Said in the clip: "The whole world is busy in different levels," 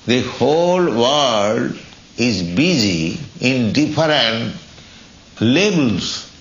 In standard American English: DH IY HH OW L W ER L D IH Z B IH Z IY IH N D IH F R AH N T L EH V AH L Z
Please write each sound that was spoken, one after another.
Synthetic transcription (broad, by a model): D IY HH OW L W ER D IH Z B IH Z IY IH N D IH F R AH N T L EH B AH L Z